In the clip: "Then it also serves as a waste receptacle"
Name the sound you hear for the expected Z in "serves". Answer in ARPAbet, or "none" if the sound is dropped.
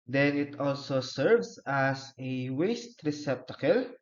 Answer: S